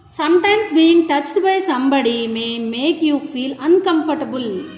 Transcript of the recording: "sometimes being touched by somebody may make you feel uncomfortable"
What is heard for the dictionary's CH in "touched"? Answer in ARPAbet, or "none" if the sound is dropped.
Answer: CH